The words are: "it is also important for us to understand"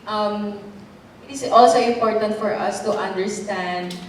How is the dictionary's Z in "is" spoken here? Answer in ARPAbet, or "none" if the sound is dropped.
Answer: S